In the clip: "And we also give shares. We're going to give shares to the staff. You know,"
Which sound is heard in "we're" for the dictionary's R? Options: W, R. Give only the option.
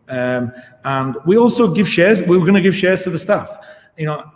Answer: W